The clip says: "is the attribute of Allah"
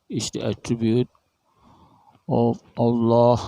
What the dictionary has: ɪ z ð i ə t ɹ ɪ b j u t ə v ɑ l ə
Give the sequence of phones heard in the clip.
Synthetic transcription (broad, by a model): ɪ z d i ə t ɹ ɪ b j u t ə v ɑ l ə